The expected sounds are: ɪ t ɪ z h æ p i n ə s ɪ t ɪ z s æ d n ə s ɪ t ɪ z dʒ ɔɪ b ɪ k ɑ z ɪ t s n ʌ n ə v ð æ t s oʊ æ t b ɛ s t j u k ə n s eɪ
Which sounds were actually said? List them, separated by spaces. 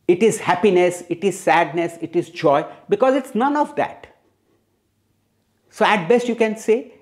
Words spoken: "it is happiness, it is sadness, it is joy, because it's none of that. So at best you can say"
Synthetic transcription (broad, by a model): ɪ t ɪ z h æ p i n ə s ɪ t ɪ z s æ d n ə s ɪ t ɪ z dʒ ɔɪ b ɪ k ɑ z ɪ t s n ʌ n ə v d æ t s oʊ æ t b ɛ s t j u k ə n s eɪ